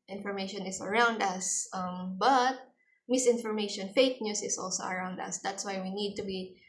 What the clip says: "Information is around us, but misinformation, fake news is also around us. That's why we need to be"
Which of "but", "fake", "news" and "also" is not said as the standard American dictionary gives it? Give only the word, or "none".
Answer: news